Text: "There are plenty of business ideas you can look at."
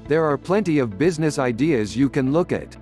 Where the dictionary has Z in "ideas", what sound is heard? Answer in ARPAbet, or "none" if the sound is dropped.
Z